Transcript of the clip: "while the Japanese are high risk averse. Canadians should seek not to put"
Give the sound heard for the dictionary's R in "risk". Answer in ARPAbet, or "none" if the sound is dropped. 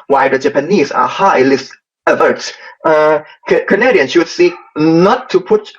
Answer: L